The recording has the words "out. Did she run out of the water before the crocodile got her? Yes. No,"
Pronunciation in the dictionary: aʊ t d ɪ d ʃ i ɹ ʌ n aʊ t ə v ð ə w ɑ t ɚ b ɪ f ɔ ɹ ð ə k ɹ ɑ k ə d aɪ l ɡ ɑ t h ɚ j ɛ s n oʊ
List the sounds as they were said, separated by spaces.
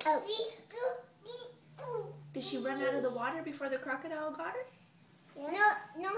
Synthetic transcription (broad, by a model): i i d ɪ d ʃ i ɹ ʌ n aʊ t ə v ð ə w ɑ t ɚ b ɪ f ɔ ɹ ð ə k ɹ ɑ k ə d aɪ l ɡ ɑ t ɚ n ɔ n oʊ